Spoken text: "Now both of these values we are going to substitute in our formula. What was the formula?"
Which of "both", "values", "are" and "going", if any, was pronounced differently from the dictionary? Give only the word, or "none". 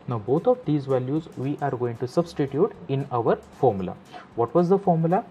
both